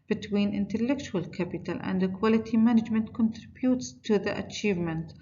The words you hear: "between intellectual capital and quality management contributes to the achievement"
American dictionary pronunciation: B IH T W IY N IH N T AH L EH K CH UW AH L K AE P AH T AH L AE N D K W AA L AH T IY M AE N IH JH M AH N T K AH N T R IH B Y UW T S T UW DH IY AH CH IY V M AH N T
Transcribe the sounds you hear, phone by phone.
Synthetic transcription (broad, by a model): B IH T W IY N IH N T AH L EH K CH UW AH L K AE P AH T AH L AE N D K W AA L AH T IY M AE N IH JH M AH N T K AH N T R IH B Y UW T S T UW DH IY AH CH IY V M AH N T